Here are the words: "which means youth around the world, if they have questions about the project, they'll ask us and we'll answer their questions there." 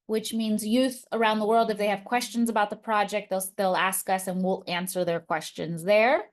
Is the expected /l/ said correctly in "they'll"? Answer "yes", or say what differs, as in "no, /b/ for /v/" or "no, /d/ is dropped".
yes